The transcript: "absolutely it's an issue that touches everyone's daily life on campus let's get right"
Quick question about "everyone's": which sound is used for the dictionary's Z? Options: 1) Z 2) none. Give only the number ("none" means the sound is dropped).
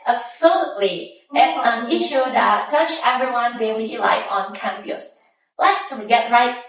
2